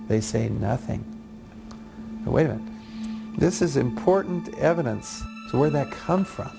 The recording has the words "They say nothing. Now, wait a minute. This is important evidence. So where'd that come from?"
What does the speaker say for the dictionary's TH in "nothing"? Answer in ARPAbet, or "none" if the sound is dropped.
TH